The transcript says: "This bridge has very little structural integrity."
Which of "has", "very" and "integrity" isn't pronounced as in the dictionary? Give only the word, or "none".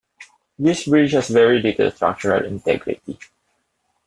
has